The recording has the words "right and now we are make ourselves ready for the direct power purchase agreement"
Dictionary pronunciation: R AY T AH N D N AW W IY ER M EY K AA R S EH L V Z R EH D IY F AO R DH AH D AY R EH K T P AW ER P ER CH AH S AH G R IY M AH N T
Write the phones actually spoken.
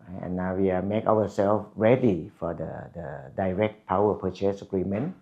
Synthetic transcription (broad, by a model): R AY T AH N N AW W IY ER M EY K AA W S EH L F R EH D IY F AO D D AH D AY R EH K T P AW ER P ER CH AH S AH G R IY M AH N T